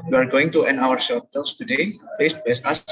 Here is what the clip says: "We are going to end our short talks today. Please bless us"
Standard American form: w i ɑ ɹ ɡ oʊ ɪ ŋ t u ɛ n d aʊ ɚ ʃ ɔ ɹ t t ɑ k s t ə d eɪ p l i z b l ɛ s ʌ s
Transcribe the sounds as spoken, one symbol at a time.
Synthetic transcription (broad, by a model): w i ɑ ɹ ɡ oʊ ɪ ŋ t u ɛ n aʊ ɚ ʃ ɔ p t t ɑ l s t ə d eɪ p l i s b ɛ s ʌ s